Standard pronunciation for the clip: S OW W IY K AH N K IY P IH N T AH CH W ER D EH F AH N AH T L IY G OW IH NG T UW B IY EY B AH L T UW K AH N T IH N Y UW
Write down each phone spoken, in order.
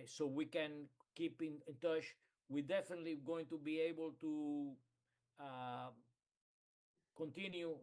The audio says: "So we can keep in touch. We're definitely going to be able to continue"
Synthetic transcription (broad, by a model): S OW W IY K AH N K IY P IH N T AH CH W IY D EH F AH N AH T L IY G OW IH NG T UW B IY EY B AH L T UW K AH N T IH N Y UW